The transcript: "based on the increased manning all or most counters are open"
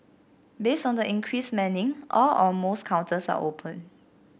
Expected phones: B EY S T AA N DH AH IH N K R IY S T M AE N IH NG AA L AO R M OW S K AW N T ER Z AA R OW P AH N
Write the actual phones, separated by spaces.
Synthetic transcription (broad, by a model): B EY S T AA N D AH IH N K R IY S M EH N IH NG AA L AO L M OW S K AW N T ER S AA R OW P AH N